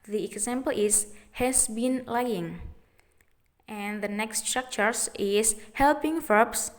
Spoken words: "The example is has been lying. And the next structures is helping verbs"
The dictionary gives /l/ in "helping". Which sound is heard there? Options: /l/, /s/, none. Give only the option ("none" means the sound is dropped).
/l/